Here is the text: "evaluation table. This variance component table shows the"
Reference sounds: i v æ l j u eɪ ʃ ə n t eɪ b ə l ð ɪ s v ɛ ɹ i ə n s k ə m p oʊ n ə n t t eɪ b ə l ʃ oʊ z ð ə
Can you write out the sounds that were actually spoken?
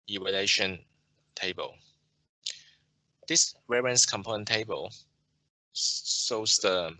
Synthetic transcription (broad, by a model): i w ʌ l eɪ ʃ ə n t eɪ b ə l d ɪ s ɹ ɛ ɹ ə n s k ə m p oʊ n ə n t t eɪ b ə l s oʊ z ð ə